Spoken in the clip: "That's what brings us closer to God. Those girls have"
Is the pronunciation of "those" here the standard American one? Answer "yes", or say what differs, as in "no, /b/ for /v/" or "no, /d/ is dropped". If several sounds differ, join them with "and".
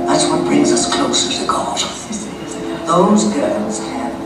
yes